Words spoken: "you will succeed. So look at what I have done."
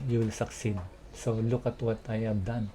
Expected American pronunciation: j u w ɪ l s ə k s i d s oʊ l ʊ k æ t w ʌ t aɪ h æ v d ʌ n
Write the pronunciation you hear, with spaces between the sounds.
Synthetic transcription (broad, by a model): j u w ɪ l s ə k s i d s oʊ l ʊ k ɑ t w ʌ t aɪ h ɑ b d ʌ n